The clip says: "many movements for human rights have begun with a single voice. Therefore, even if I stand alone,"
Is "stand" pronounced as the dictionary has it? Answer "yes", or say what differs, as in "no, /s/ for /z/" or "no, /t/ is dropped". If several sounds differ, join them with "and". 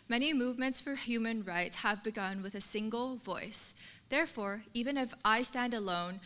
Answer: yes